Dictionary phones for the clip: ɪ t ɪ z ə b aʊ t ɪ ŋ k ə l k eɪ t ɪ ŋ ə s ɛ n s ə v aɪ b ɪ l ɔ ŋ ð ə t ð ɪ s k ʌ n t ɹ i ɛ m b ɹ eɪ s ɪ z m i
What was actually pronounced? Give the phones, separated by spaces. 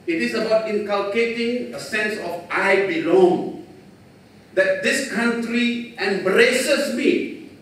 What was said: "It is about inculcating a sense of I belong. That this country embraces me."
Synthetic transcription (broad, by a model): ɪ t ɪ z ə b aʊ t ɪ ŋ k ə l k eɪ t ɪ ŋ ə s ɛ n s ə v aɪ b ɪ l ɔ ŋ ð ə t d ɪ s k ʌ n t ɹ i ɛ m b ɹ eɪ s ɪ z m i